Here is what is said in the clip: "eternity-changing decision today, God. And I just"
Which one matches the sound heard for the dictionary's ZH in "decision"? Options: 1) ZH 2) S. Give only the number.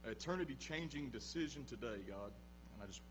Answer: 1